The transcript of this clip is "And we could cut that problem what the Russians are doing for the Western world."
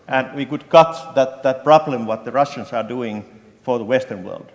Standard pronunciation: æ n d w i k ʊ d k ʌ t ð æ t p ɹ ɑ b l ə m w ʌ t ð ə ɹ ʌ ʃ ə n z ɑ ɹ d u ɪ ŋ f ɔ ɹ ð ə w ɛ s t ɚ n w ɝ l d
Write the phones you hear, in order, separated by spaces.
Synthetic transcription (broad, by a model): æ n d w i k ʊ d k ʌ t ð æ t p ɹ ɑ b l ə m w ʌ t ð ə ɹ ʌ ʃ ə n s ɑ ɹ d u ɪ ŋ f ɔ ɹ ð ə w ɛ s t ɚ n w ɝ l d